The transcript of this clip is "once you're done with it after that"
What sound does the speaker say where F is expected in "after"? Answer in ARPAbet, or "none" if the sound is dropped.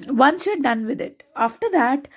F